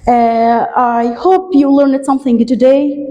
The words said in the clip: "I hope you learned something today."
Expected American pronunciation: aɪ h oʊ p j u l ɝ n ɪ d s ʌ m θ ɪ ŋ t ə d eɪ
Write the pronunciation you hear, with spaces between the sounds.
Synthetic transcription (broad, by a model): aɪ h oʊ p j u l ɝ n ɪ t s ʌ m θ ɪ ŋ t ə d eɪ